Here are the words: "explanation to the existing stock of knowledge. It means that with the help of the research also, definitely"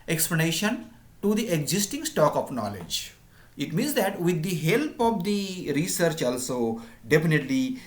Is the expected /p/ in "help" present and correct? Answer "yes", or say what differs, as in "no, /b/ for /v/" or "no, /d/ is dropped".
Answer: yes